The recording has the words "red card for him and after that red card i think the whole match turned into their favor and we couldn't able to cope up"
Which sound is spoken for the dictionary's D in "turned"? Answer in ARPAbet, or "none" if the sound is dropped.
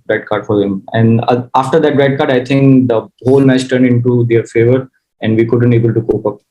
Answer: D